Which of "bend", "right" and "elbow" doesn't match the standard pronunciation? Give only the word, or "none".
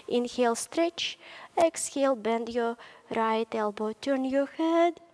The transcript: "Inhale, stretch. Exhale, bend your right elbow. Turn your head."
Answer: none